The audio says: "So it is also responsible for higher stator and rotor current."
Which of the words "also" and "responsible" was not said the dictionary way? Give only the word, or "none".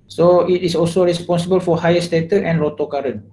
none